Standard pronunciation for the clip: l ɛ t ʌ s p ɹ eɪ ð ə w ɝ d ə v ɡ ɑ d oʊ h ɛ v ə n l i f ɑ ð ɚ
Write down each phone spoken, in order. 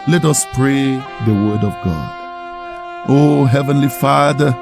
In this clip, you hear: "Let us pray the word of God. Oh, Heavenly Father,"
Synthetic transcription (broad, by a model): l ɛ t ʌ s p ɹ eɪ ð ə w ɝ d ə v ɡ ɑ d oʊ h ɛ v ə n l i f ɑ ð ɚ